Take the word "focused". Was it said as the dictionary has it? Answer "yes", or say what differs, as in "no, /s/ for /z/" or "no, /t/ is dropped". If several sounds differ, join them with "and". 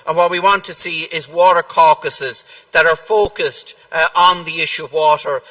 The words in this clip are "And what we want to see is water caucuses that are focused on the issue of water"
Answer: yes